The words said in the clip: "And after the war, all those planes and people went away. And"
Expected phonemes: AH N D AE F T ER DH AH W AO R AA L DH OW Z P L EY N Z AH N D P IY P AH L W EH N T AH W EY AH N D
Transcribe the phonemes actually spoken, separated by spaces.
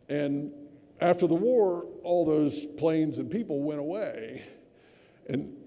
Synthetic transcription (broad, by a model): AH N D AE F T ER DH AH W AO R AA L DH OW Z P L EY N Z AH N P IY P L W EH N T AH W EY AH N